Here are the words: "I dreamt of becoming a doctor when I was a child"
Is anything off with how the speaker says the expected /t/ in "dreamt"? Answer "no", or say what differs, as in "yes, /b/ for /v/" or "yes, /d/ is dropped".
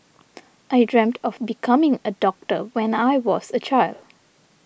no